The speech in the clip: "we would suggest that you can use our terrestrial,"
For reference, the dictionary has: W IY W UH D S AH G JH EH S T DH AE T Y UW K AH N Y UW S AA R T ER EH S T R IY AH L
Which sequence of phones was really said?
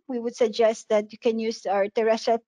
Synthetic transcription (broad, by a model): W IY W UH D S AH G JH EH S T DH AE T Y UW K AH N Y UW S AA R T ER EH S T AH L